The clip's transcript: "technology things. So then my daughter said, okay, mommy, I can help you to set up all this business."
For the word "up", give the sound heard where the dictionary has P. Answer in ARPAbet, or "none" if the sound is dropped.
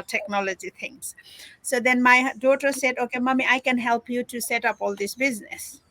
P